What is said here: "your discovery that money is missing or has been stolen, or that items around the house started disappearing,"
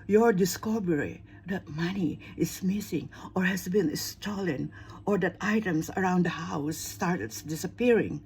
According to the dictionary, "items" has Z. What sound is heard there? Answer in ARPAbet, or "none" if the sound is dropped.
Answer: S